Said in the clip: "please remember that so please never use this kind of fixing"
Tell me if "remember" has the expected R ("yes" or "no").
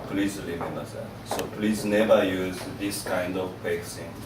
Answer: no